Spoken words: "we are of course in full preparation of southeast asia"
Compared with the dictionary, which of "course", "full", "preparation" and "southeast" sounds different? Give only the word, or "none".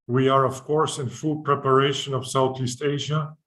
none